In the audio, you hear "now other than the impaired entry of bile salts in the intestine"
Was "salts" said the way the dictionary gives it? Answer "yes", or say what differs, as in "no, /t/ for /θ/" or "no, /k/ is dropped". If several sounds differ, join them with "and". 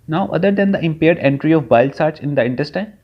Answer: no, /l/ is dropped